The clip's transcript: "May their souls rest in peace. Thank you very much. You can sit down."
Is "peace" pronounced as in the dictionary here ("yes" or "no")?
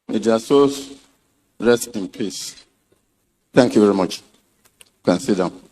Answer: yes